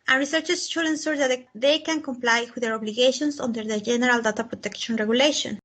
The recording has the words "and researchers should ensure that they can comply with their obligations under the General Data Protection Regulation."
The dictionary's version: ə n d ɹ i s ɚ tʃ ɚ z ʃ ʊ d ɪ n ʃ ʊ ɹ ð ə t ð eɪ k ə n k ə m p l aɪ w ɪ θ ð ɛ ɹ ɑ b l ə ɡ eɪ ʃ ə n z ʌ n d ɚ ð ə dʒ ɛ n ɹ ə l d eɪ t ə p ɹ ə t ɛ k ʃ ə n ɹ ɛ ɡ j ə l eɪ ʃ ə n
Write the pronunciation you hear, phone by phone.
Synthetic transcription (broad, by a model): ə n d ɹ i s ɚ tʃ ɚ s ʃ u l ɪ n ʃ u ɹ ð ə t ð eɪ k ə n k ə m p l aɪ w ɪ ð ɛ ɹ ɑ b l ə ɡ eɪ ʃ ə n s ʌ n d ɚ ð ə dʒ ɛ n ɹ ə l d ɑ t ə p ɹ ə t ɛ k ʃ ə n ɹ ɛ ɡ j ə l eɪ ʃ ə n